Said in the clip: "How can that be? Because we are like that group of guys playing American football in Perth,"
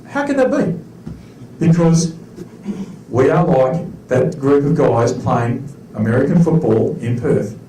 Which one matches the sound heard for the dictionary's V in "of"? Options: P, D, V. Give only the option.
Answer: V